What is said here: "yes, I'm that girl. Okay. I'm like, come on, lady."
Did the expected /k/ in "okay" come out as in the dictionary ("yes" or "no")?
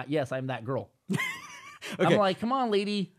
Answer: no